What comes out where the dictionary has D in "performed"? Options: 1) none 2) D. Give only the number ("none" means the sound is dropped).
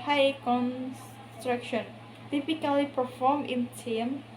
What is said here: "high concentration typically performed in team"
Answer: 1